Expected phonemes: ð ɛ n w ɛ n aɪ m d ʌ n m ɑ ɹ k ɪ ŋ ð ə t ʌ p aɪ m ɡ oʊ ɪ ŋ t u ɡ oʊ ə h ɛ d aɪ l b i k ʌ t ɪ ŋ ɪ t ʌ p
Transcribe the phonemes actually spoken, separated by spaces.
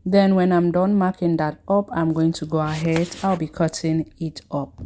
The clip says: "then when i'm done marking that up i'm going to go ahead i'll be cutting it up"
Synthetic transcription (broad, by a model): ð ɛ n w ɛ n aɪ m d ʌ n m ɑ k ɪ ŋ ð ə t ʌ p aɪ m ɡ oʊ ɪ ŋ t u ɡ oʊ ə h ɛ d aɪ l b i k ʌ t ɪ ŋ ɪ t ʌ p